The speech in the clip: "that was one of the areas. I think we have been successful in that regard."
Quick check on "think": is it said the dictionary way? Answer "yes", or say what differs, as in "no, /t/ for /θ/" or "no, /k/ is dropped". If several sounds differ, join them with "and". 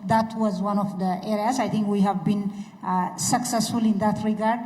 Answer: no, /t/ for /θ/